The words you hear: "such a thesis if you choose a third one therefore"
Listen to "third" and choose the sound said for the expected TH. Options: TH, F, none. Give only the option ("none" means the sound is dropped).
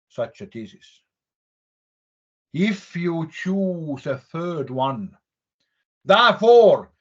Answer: TH